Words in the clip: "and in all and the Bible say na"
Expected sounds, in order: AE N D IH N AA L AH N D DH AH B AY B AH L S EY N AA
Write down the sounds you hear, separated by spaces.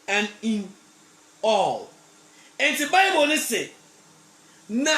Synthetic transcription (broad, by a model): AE N IH N AA L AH N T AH B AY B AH N S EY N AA